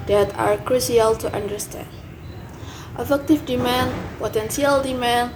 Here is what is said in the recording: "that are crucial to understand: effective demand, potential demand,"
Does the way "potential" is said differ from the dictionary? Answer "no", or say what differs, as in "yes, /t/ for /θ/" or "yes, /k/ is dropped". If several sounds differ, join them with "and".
yes, /s/ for /ʃ/